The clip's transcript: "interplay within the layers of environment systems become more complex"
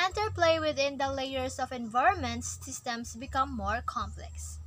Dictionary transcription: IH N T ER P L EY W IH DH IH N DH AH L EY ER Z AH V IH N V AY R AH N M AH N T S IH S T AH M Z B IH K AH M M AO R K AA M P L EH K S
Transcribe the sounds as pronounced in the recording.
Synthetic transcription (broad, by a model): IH N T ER P L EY W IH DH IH N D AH L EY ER S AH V IH N V AY R AH N M AH N T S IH S T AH M S B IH K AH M M AO R K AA M P L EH K S